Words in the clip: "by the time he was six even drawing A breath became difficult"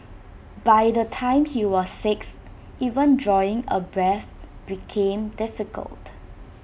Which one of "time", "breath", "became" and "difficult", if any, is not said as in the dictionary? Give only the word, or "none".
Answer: none